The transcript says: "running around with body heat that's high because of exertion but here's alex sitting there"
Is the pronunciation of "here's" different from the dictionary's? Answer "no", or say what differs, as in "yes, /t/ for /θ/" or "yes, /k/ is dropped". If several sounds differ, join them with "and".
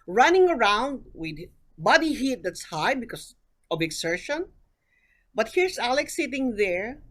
yes, /s/ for /z/